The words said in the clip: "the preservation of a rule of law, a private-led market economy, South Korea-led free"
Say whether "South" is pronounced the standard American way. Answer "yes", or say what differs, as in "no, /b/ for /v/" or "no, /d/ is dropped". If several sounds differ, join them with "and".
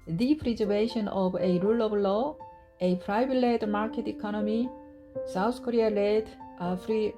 no, /t/ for /θ/